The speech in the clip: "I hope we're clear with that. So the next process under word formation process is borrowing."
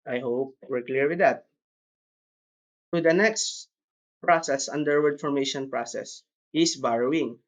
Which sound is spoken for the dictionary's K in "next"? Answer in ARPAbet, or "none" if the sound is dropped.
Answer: K